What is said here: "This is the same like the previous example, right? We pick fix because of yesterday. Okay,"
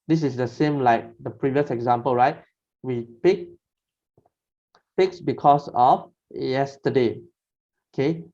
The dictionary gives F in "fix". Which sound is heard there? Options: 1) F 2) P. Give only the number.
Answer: 2